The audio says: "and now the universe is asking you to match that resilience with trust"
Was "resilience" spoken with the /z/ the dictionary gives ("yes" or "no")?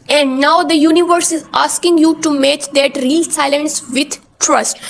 no